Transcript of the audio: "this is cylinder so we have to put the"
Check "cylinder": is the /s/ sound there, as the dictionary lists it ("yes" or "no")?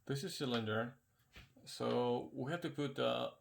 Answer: yes